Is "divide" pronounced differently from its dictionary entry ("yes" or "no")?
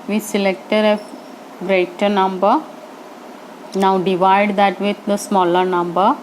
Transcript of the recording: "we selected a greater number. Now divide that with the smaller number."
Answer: no